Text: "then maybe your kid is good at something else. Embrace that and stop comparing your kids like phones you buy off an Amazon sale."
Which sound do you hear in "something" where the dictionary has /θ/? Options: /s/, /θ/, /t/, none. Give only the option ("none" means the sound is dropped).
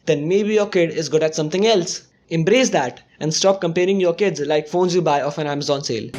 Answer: /t/